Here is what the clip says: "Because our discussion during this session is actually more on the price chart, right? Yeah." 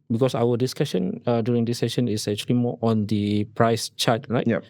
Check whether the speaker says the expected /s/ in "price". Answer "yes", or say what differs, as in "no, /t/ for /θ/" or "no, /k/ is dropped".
yes